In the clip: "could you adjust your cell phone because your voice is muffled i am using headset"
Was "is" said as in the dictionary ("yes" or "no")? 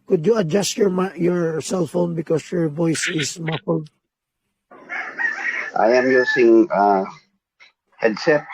no